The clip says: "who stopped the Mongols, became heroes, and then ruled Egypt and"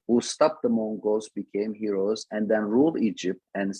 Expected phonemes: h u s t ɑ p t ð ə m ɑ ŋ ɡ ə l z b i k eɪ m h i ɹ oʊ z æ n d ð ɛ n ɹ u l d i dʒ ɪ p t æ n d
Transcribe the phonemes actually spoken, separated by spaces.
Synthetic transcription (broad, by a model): h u s t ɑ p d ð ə m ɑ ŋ ɡ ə z b i k eɪ m h i ɹ oʊ z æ n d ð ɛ n ɹ u l d i dʒ ɪ p t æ n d